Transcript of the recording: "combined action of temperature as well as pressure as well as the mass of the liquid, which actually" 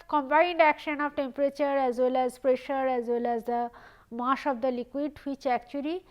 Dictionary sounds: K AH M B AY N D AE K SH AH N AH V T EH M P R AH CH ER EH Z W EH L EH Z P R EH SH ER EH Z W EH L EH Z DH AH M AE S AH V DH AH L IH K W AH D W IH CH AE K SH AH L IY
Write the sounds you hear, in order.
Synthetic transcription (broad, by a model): K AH M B AY N D AE K SH AH N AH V T EH M P R AH CH ER EH Z W EH L EH Z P R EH SH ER EH Z W EH L EH Z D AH M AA SH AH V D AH L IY K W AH D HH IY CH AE K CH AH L IY